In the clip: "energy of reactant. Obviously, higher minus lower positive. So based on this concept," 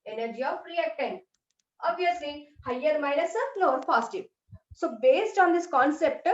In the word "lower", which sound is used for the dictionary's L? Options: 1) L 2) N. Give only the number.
2